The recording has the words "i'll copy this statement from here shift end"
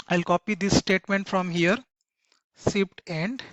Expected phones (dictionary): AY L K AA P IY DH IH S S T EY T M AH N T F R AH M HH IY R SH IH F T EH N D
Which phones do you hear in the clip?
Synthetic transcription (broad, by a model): AY L K AA P IY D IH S S T EY T M AH N T F R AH M HH IY R S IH P T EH N D